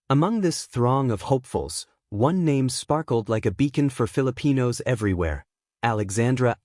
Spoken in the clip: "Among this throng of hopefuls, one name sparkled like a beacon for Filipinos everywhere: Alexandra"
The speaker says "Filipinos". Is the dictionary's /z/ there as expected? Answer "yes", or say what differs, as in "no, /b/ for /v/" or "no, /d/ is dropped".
yes